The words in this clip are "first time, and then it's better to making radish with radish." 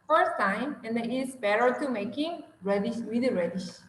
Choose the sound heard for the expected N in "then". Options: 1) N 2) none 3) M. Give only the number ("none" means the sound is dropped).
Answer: 2